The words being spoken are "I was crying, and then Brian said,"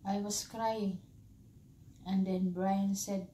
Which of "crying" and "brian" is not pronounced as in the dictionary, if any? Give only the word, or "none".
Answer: none